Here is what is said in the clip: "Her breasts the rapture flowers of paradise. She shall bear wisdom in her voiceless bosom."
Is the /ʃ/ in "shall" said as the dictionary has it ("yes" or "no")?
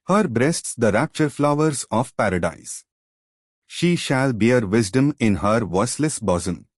yes